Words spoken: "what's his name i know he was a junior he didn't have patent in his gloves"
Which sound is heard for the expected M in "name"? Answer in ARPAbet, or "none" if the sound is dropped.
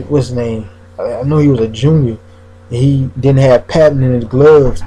none